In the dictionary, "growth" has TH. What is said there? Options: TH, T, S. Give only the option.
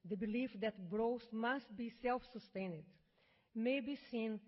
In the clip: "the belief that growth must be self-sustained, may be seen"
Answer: S